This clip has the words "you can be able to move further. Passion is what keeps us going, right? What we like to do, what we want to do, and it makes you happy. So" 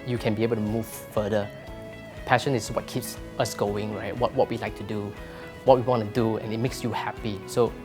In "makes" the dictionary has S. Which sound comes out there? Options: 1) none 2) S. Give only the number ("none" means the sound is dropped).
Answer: 2